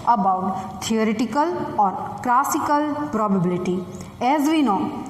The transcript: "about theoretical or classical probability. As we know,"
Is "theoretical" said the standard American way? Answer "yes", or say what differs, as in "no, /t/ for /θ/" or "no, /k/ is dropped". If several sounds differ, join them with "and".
no, /t/ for /θ/